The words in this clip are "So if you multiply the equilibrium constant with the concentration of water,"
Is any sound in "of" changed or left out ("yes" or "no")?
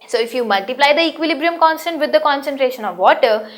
no